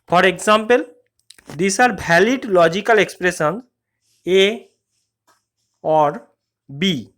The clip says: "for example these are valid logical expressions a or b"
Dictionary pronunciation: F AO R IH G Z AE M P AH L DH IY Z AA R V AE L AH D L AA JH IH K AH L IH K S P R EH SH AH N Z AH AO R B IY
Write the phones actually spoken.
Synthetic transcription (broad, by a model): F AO R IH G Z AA M P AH L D IY S AA R B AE L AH D L AA JH IH K AH L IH K S P R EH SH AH N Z AH AO R B IY